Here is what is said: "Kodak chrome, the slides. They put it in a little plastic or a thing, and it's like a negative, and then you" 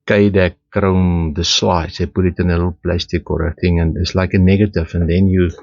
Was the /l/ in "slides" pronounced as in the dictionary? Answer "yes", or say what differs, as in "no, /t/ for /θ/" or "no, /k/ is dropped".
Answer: no, /w/ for /l/